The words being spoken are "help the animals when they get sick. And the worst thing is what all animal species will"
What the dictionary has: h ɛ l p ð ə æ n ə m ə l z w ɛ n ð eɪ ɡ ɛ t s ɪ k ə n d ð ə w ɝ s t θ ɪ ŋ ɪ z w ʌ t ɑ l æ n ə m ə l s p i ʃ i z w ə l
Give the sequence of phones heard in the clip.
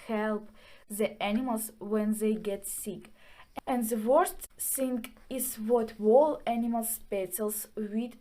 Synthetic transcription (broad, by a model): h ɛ l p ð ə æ n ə m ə l s w ɛ n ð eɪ ɡ ɛ t s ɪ k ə n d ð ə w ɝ s t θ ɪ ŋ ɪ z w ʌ t ɑ l æ n ə m ə l s p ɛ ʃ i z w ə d